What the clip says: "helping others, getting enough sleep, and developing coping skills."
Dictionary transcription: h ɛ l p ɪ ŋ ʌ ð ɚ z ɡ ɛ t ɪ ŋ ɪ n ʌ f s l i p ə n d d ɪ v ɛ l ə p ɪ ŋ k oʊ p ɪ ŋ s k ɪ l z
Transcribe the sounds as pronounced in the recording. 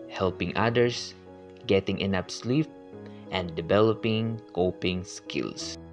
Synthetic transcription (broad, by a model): h ɛ l p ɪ ŋ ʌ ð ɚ s ɡ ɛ t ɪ ŋ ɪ n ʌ p s l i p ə n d d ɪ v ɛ l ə p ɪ ŋ k oʊ p ɪ ŋ s k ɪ l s